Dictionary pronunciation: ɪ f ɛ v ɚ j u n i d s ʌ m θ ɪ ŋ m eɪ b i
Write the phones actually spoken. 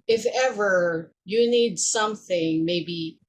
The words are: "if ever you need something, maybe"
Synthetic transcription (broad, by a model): ɪ f ɛ v ɚ j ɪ n i d s ʌ m θ ɪ ŋ m eɪ b i